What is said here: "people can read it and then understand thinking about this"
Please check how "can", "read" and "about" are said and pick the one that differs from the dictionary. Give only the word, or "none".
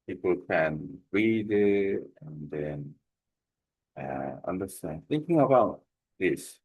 none